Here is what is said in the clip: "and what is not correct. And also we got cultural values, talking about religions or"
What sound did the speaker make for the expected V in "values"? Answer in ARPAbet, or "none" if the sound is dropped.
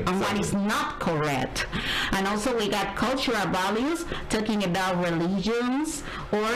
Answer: B